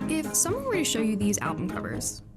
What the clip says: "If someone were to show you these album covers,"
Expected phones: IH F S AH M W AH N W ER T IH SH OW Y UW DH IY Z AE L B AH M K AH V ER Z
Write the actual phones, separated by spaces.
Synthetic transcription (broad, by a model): IH F S AH M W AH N W ER T IH SH OW Y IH DH IY Z AE L B AH M K AH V ER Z